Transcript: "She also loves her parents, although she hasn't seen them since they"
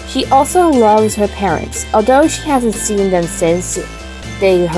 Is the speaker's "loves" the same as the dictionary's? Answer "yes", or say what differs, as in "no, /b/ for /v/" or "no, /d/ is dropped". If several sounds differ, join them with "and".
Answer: yes